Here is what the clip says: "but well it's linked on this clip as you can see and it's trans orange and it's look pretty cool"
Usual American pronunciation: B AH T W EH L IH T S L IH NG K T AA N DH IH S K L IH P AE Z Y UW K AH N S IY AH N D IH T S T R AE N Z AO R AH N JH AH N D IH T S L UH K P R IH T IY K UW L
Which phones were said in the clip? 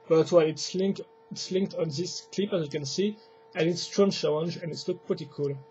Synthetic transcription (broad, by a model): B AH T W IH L IH T S L IH NG K T AA N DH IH S K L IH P AE Z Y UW K AH N S IY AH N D IH T S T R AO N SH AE L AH N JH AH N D IH T S L UH K P R IH T IY K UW L